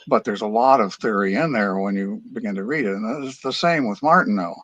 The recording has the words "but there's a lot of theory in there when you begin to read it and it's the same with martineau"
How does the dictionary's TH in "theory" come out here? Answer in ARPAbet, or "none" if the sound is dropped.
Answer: TH